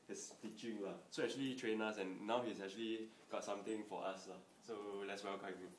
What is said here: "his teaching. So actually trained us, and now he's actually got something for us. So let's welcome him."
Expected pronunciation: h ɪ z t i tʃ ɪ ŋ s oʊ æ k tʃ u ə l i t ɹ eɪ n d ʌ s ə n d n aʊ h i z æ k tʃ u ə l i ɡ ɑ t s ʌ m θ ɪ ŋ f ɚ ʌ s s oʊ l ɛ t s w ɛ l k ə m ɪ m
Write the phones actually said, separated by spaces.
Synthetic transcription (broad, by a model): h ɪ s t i tʃ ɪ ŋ s oʊ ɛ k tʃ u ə l i t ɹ eɪ n ʌ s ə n n aʊ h i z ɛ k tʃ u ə l i ɡ ɑ t s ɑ m t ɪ ŋ f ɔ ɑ s s oʊ l ɛ t s w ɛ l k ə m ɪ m